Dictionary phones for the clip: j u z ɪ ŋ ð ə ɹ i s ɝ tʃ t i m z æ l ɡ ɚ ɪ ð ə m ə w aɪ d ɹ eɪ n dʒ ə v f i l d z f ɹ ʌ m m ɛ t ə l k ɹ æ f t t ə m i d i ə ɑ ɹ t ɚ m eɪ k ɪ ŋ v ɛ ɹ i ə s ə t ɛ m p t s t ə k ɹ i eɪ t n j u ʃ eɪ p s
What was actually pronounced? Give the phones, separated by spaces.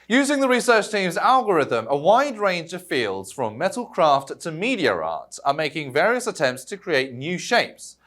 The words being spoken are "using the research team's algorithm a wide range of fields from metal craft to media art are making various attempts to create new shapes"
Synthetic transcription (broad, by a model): j u z ɪ ŋ ð ə ɹ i s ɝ tʃ t i m z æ l ɡ ɚ ɪ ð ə m ə w aɪ d ɹ eɪ n dʒ ə v f i l d z f ɹ ʌ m m ɛ t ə l k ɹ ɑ f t t ə m i d i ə ɑ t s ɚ m eɪ k ɪ ŋ v ɛ ɹ i ə s ə t ɛ m p t s t ə k ɹ i eɪ t n j u ʃ eɪ p s